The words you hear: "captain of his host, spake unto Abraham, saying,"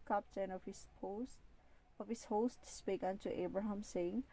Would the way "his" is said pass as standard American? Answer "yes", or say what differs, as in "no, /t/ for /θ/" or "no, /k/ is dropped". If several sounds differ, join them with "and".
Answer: no, /s/ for /z/